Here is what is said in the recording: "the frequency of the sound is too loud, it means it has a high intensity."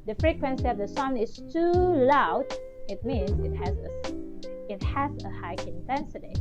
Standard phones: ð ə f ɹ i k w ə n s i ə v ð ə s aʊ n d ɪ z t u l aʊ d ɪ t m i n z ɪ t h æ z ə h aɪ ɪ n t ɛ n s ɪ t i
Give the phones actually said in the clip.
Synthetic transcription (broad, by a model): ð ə f ɹ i k w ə n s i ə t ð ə s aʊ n ɪ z t u l aʊ d ɪ t m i n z ɪ t h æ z ə h aɪ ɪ n t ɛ n s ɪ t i